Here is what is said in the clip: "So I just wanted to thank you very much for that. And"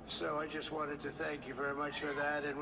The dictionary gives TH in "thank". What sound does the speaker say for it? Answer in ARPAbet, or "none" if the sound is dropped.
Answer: TH